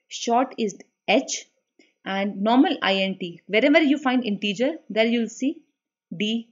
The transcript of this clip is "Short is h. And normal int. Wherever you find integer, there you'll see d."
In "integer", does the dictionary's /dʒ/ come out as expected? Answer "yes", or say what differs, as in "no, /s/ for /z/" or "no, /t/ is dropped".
yes